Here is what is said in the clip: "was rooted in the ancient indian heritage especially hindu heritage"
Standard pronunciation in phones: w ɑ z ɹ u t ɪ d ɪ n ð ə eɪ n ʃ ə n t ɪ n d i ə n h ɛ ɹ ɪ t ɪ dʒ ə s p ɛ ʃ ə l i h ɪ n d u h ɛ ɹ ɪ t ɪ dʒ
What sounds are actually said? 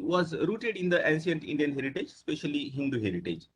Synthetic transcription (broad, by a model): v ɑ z ɹ u t ɪ d ɪ n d ə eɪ n s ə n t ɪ n d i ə n h ɛ ɹ ɪ t ɪ dʒ s p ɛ ʃ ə l i h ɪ n d u h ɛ ɹ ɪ t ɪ dʒ